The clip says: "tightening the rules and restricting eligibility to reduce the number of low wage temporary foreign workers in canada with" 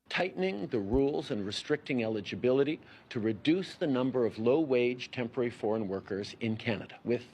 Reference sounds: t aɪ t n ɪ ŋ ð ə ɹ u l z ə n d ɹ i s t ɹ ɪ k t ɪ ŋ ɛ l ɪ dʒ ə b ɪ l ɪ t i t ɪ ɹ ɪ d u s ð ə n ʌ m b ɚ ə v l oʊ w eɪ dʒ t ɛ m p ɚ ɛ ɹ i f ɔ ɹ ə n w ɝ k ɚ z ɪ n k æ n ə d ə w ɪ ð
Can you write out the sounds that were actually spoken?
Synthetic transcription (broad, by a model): t aɪ t n ɪ ŋ ð ə ɹ u l z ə n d ɹ i s t ɹ ɪ k t ɪ ŋ ɛ l ɪ dʒ ə b ɪ l ɪ t i t ɪ ɹ ɪ d u s ð ə n ʌ m b ɚ ə v l oʊ w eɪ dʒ t ɛ m p ɚ ɛ ɹ i f ɔ ɹ ə n w ɝ k ɚ z ɪ n k æ n ə d ə w ɪ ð